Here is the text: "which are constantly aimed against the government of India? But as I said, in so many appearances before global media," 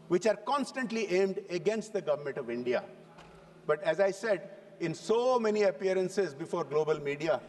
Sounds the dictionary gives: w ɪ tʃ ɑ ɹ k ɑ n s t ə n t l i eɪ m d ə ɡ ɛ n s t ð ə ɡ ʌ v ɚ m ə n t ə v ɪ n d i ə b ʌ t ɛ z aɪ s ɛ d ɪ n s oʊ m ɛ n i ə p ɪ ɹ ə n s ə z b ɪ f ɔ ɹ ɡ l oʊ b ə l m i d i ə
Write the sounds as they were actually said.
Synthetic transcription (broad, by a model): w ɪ tʃ ɑ ɹ k ɑ n s t ə n t l i eɪ m d ə ɡ ɛ n s t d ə ɡ ʌ v ɚ m ə n t ə v ɪ n d i ə b ʌ t ɛ z aɪ s ɛ d ɪ n s oʊ m ɛ n i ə p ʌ ɹ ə n s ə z b ɪ f ɔ ɹ ɡ l oʊ b ə l m i d i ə